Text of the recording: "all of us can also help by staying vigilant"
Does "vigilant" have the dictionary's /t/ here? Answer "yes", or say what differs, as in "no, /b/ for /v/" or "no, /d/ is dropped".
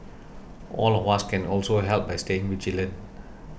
no, /t/ is dropped